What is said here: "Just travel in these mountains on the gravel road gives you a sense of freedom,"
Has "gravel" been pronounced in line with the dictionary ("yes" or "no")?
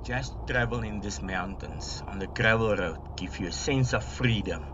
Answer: yes